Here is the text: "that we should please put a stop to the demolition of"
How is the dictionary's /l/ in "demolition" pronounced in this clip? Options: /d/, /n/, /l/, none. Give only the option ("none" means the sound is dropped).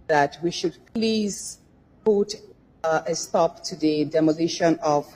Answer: /n/